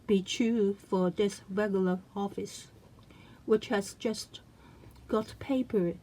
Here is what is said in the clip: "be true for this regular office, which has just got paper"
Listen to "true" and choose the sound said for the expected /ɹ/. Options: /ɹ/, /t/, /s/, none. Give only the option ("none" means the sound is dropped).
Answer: none